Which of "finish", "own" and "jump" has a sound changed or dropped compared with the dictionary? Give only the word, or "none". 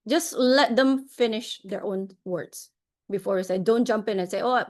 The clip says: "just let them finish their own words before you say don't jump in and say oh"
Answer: none